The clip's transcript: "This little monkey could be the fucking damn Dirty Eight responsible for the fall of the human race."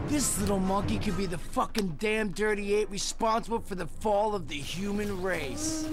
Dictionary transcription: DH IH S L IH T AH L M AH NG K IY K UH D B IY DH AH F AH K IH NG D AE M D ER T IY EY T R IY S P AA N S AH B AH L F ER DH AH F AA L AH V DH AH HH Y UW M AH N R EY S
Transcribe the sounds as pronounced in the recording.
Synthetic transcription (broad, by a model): DH IH S L IH T L M AH K IY K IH D B IY DH AH F AH K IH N D AE M D ER T IY EY T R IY S P AA N S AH B L F ER DH AH F AA L AH V DH AH HH Y UW M AH N R EY S